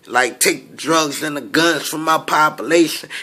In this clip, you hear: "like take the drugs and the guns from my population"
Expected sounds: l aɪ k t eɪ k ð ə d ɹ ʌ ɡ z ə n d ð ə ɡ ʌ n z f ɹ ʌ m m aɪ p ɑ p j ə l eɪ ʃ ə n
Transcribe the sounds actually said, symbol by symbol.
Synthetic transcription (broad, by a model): l aɪ k t eɪ k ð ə d ɹ ʌ ɡ z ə n ð ə ɡ ʌ n z f ɹ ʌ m m aɪ p ɑ p j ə l eɪ ʃ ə n